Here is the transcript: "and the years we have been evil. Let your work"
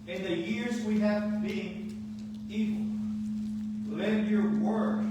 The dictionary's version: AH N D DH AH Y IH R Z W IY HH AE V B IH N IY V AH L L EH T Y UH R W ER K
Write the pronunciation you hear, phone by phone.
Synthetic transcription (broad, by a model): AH N DH AH Y IH R Z W IY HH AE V B IH N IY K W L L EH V Y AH R W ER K